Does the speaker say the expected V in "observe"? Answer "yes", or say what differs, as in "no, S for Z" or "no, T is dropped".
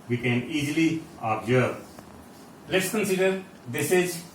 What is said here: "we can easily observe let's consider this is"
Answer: no, B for V